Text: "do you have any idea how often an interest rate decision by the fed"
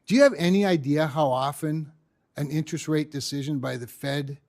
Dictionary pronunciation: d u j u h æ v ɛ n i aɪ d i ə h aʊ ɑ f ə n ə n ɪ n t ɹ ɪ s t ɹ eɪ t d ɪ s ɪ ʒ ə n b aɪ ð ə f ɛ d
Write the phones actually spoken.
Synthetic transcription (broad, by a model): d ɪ j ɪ v ɛ n i aɪ d i ə h aʊ ɑ f ə n ə n ɪ n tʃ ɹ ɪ s t ɹ eɪ t d ɪ s ɪ ʒ ə n b aɪ ð ə f ɛ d